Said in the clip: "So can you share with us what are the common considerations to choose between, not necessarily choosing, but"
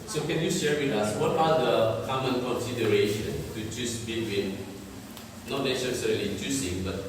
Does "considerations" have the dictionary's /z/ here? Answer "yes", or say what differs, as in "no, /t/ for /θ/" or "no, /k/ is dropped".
no, /z/ is dropped